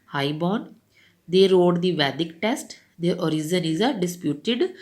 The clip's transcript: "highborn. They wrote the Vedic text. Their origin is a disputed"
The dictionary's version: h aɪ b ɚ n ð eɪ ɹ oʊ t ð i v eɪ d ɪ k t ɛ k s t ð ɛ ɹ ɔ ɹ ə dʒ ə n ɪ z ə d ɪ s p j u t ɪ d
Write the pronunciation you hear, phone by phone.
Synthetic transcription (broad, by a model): h aɪ b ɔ n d eɪ ɹ oʊ t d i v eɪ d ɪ k t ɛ s t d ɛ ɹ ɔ ɹ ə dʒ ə n ɪ z ə d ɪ s p j u t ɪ d